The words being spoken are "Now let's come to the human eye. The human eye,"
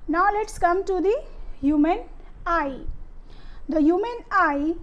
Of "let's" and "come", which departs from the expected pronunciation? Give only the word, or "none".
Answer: none